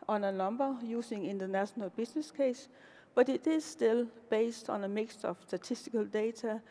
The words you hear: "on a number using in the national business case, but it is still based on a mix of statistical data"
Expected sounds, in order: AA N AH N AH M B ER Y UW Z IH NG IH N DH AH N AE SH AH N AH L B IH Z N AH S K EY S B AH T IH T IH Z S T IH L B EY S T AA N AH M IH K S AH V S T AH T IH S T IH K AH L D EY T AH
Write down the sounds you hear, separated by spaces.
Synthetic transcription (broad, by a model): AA N AH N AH M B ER Y UW S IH NG IH N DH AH N AE SH AH N AH L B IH S N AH S K EY S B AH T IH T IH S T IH L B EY S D AA N AH M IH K S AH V S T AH S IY S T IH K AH L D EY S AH